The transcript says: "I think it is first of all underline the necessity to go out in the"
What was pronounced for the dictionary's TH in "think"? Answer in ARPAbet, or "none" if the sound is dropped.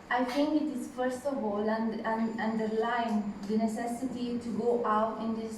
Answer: T